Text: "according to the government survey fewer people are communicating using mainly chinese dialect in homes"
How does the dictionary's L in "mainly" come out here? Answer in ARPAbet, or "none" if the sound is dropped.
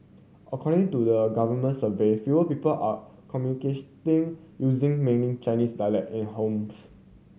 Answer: none